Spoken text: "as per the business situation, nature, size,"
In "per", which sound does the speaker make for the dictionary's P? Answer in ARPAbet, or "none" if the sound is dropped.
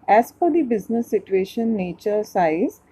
F